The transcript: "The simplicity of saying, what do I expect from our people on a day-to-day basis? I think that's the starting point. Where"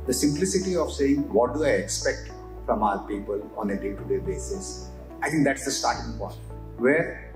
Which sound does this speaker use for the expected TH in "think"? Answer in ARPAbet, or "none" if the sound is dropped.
T